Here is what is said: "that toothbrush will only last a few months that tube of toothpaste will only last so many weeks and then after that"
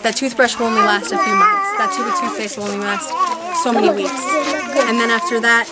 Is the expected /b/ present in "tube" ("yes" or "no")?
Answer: no